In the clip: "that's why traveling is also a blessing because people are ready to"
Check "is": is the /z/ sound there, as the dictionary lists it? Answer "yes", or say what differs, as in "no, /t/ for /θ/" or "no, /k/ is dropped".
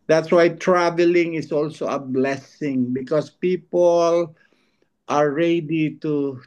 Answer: no, /s/ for /z/